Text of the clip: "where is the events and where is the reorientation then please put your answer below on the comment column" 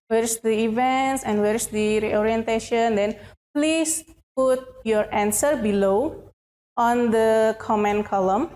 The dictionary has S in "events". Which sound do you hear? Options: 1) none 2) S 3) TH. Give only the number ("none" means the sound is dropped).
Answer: 2